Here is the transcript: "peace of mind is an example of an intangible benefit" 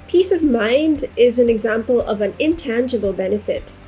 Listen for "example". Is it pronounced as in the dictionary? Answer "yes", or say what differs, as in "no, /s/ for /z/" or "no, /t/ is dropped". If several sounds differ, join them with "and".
yes